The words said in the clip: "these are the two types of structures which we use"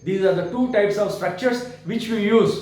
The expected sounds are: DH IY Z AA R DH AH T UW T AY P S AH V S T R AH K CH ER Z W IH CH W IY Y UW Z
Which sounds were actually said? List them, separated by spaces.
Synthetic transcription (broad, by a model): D IY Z AA R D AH T UW T AY P S AH V S T R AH K CH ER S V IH CH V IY Y UW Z